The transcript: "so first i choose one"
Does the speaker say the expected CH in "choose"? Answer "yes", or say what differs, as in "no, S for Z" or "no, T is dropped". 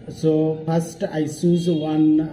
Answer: no, S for CH